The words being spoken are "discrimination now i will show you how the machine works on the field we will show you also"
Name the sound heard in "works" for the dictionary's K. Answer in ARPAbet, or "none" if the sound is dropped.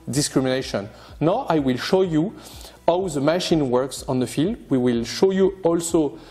K